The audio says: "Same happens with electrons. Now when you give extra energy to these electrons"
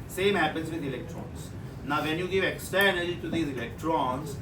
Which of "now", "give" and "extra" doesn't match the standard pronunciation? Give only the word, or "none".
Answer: extra